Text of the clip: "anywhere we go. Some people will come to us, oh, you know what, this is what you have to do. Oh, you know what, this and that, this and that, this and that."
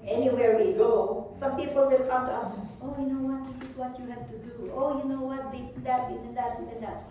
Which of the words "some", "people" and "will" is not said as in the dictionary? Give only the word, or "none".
will